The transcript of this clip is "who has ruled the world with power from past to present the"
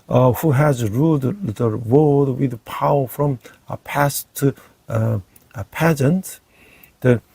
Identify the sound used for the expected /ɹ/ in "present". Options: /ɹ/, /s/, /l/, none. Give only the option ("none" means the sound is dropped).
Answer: none